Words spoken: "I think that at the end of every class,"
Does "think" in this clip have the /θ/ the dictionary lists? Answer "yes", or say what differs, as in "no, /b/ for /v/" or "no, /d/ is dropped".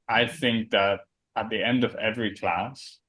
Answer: yes